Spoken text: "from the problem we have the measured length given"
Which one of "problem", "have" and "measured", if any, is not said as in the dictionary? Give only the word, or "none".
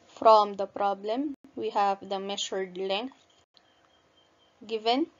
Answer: measured